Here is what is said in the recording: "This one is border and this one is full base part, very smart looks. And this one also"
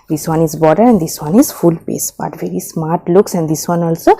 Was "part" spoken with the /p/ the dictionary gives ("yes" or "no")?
no